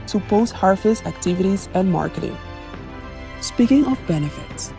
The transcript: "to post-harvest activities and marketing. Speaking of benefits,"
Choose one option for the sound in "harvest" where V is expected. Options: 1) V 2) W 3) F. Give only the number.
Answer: 3